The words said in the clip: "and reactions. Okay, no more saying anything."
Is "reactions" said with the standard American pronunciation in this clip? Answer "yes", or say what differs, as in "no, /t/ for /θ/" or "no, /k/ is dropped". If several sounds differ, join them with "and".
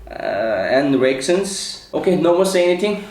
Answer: no, /s/ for /ʃ/